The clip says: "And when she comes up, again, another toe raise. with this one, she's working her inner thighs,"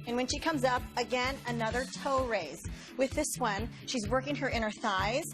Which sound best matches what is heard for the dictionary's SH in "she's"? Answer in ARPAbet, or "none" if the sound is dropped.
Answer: SH